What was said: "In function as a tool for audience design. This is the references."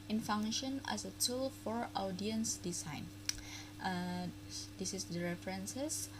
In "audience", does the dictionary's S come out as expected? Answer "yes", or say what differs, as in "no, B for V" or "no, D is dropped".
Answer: yes